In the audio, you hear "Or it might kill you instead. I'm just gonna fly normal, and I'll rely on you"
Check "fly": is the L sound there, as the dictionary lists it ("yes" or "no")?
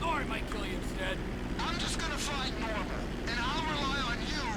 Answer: no